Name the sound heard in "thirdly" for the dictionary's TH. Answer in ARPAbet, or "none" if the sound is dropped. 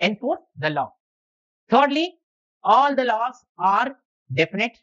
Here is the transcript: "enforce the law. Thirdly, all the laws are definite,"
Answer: T